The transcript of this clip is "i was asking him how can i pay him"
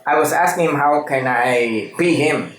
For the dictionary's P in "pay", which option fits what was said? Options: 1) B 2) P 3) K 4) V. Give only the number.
1